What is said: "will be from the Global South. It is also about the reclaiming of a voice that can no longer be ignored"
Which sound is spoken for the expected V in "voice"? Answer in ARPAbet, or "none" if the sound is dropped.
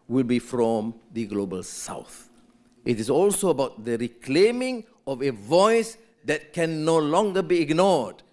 V